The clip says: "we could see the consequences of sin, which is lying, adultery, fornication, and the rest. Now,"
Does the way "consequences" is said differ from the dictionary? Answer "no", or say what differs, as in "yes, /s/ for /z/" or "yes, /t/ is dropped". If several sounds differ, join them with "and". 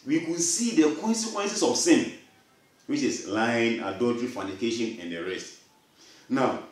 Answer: yes, /s/ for /z/